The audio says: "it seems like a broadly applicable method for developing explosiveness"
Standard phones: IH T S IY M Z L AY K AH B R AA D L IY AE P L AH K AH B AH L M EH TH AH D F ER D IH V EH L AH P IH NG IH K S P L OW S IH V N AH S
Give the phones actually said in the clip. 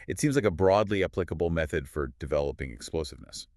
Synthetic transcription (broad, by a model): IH T S IY M Z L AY K AH B R AA D L IY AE P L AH K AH B L M EH TH AH D F ER D IH V EH L AH P IH NG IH K S P L OW S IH V N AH S